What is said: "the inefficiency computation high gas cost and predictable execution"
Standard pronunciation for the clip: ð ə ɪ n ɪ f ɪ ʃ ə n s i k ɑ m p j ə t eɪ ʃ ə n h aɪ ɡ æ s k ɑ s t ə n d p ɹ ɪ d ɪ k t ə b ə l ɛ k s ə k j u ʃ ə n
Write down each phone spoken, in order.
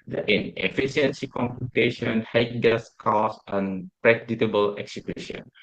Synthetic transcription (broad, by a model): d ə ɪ n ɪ f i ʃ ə n s i k ɑ m p j ə t eɪ ʃ ə n h aɪ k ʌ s k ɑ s ə n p ɹ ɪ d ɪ t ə b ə l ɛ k s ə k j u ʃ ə n